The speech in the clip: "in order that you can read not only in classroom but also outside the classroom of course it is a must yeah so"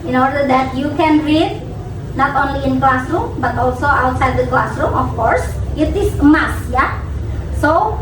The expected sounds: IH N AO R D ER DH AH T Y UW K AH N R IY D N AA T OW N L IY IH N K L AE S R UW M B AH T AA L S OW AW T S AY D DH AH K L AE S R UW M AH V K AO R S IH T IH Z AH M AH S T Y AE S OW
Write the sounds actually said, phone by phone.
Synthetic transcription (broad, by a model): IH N AO R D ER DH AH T Y UW K AH N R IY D N AA T OW N L IY IH N K L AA S R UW M B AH T AA L S OW AW T S AY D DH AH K L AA S R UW M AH F K AO R S IH T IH S AH M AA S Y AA S OW